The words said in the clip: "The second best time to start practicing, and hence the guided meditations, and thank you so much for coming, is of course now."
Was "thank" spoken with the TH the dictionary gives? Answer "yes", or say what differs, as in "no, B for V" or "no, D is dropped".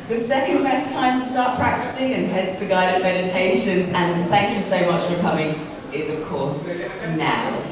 yes